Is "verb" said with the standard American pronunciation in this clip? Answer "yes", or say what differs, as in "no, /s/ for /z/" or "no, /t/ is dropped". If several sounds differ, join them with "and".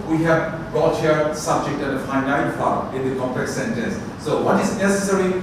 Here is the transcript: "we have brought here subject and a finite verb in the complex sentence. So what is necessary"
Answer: no, /f/ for /v/ and /b/ is dropped